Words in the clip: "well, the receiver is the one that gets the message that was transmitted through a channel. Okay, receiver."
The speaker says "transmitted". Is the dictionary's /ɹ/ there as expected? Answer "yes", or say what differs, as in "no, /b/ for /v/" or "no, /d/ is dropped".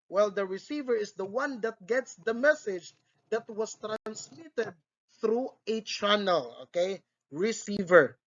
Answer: yes